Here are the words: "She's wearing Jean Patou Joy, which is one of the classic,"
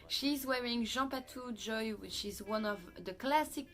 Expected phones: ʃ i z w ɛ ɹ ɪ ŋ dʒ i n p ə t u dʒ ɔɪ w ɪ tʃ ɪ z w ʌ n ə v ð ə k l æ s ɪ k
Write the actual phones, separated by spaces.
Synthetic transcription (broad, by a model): ʃ i z w ɛ ɹ ɪ ŋ ʒ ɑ p ə t u dʒ ɔɪ w ɪ tʃ ɪ z w ʌ n ə v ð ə k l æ s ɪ k